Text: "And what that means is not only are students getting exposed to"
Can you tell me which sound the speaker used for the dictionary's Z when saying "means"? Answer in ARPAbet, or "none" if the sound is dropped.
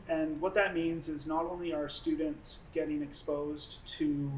Z